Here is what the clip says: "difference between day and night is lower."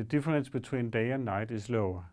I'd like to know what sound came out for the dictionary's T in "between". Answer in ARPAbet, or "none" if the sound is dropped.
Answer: S